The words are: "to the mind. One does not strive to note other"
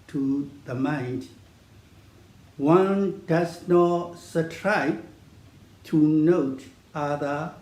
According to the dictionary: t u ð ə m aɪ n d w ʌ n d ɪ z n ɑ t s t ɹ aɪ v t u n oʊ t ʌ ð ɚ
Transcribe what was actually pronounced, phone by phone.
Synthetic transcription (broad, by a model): t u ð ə m aɪ n d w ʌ n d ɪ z n ɑ t s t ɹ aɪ b t u n oʊ t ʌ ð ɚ